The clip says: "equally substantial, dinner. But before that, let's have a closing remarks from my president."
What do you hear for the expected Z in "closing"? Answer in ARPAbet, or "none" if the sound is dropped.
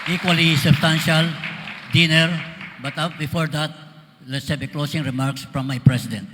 S